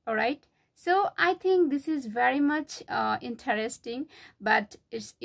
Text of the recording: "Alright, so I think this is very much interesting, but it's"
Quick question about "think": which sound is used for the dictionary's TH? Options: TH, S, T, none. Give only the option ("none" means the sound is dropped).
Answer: T